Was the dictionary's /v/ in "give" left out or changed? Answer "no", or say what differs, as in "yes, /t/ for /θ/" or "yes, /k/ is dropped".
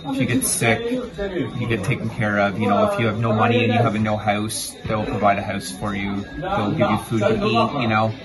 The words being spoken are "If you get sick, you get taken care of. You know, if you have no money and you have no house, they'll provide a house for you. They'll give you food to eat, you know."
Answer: no